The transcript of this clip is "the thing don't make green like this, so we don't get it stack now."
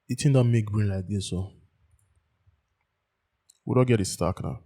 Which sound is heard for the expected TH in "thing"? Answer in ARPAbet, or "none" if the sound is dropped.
T